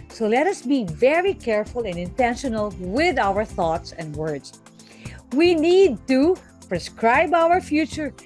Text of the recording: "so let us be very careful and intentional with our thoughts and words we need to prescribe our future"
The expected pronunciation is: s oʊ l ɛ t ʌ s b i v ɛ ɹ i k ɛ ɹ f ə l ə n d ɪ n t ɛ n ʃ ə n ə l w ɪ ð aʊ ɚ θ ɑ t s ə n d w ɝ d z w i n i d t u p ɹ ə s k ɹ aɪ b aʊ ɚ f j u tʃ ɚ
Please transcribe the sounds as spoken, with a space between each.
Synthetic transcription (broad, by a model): s oʊ l ɛ t ʌ s b i v ɛ ɹ i k ɛ ɹ f ə l ə n d ɪ n t ɛ n ʃ ə n ə l w ɪ ð aʊ ɚ θ ɑ t s ə n d w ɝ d s w i n i d t u p ɹ ə s k ɹ aɪ b aʊ ɚ f j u tʃ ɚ